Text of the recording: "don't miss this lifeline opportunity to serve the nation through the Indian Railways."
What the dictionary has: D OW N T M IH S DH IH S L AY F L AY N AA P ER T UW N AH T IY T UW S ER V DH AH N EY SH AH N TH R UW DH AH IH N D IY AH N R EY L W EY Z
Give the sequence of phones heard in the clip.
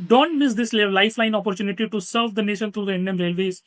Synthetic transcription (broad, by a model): D OW N T M IH S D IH S L AY F L AY N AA P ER T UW N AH T IY T UW S ER V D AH N EY SH AH N T R UW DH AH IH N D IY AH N R EY L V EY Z